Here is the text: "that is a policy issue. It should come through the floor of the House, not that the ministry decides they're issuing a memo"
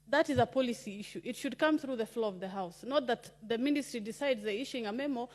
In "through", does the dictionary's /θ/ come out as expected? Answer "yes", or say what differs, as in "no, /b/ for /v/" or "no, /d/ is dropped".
yes